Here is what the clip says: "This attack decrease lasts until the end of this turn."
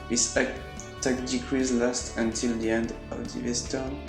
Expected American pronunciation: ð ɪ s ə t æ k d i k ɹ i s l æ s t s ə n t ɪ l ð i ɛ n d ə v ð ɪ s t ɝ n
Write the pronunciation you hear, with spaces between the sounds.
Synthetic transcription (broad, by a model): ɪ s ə t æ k d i k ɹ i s l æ s t ə n t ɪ l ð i ɛ n d ə v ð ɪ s t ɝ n